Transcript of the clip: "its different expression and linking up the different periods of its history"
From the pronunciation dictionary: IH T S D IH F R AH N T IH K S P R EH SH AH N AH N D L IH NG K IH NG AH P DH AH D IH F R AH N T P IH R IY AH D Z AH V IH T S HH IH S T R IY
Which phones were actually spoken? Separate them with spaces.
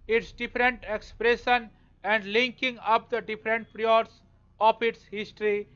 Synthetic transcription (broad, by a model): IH T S D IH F R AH N T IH K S P R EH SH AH N AH N D L IH NG K IH NG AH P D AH D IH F R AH N T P R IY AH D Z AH P IH T S HH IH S T R IY